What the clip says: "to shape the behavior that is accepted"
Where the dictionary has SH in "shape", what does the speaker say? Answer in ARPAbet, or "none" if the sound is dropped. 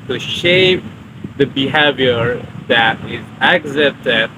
SH